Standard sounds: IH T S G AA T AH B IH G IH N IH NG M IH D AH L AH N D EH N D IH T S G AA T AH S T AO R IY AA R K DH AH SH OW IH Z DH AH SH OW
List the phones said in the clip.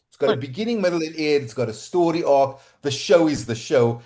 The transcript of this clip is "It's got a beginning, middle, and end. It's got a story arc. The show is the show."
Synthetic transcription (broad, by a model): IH T S G AA T AH B IH G IH N IH NG M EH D L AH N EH D IH T S G AA T AH S T AO R IY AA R K DH AH SH OW IH Z DH AH SH OW